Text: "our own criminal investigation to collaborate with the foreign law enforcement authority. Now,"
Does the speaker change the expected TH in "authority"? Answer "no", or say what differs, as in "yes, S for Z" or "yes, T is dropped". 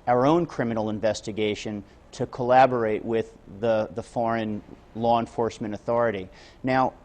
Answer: no